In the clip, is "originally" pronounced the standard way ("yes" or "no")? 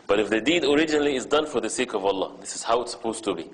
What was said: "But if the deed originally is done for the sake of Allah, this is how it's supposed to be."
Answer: yes